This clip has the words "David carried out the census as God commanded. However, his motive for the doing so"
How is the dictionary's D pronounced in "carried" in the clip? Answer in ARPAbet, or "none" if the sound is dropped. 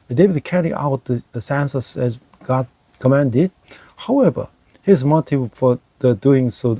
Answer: none